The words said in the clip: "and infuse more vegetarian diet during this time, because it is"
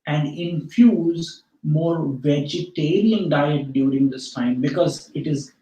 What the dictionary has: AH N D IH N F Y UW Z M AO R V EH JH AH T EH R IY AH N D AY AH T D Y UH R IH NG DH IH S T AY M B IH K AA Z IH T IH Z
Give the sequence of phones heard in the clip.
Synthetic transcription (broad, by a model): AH N D IH N F Y UW Z M AO R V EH JH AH T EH R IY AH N D AY AH T D Y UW R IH NG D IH S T AY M B IH K AA Z IH T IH Z